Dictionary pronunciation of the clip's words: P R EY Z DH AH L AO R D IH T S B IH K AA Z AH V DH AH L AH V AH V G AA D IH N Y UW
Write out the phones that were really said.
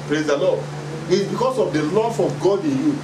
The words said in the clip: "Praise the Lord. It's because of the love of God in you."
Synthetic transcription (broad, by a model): P R EY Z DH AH L AO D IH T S B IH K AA S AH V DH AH L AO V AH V G AA D IH N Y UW